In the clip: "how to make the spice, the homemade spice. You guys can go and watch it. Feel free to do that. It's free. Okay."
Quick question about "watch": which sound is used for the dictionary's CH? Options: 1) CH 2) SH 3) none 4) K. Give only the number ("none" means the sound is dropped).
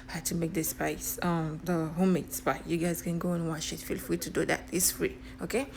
2